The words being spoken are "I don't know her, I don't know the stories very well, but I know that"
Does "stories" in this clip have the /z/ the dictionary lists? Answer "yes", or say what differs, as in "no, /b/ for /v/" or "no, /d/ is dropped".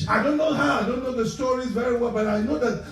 yes